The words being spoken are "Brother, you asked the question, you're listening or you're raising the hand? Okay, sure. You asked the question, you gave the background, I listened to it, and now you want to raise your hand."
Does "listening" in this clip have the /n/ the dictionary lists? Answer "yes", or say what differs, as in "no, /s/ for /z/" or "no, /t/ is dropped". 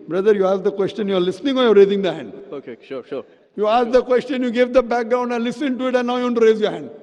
yes